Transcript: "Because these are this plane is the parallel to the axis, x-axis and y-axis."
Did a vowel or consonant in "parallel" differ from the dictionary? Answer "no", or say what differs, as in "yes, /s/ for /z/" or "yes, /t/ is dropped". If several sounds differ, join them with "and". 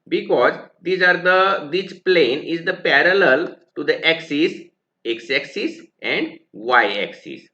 no